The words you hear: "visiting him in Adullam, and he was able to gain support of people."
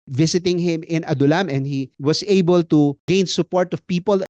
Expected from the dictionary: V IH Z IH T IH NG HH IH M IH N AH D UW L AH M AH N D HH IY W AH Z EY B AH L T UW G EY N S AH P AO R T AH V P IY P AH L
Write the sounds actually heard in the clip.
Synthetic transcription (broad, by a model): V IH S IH T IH NG HH IH M IH N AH D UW L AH M AH N D HH IY W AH S EY B AH L T UW G EY N S AH P AO R T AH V P IY P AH L